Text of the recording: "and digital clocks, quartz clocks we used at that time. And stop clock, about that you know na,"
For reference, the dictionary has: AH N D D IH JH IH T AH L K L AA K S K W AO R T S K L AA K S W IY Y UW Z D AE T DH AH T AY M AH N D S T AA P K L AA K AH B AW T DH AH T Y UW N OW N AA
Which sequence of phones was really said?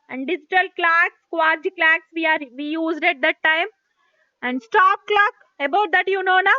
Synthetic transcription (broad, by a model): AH N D D IH JH IH T AH L K L AA K S K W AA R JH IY K L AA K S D IY Y UW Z D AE T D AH T AY M AH N D S T AA P K L AA K AH B AW T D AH T Y UW N OW N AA